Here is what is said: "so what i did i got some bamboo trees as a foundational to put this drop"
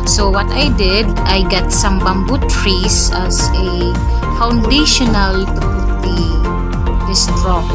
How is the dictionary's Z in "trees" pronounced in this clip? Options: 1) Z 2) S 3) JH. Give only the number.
2